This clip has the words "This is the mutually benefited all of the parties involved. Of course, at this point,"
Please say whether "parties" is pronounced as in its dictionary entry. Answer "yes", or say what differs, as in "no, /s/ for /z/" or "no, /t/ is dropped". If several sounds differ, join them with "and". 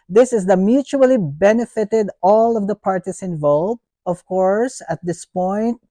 no, /s/ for /z/